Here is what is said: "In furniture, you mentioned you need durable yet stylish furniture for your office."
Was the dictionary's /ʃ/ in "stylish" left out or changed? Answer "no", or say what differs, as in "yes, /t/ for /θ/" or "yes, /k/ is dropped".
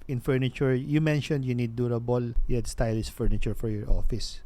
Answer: yes, /s/ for /ʃ/